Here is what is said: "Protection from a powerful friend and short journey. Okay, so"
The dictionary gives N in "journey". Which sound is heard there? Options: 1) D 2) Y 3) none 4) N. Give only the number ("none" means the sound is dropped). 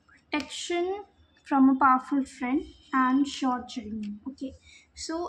3